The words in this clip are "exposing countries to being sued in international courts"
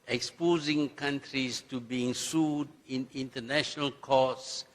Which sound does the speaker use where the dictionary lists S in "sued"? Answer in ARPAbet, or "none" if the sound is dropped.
S